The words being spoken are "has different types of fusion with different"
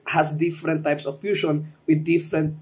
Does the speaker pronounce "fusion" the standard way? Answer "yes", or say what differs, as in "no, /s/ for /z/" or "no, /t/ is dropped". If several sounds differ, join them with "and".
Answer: no, /ʃ/ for /ʒ/